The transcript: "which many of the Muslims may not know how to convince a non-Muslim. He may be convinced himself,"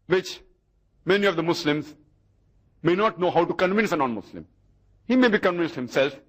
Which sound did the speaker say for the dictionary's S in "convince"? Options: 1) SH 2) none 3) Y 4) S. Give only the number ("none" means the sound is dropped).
4